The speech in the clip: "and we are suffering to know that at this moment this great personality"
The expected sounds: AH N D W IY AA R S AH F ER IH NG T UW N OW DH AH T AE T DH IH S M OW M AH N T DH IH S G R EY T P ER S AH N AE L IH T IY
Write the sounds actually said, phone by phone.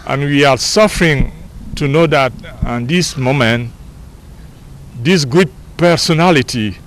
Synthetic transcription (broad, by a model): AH N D W IY AA R S AH F ER IH NG T UW N OW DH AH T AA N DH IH S M OW M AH N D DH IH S G UW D P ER S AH N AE L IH T IY